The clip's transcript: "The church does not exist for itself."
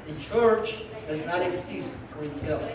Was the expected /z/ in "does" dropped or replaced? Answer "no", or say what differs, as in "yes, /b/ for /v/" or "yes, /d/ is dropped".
no